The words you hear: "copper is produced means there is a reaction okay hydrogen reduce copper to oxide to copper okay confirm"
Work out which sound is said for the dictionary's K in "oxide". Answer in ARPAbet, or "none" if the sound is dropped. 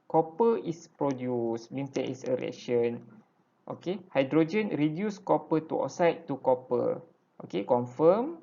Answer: none